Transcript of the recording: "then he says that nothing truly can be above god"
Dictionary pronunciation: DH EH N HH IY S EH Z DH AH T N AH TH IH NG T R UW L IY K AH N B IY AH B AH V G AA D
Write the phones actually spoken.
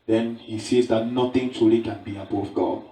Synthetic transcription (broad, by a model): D EH N HH IY S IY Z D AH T N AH T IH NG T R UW L IY K AH N B IY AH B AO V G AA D